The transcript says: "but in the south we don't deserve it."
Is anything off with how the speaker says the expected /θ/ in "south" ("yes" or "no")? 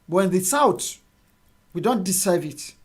yes